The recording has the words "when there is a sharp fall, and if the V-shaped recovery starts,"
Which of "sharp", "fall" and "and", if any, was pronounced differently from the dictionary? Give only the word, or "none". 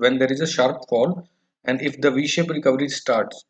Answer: none